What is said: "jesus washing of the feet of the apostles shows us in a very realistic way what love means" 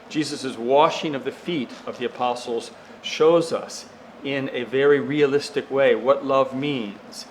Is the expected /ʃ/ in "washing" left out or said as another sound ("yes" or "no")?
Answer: no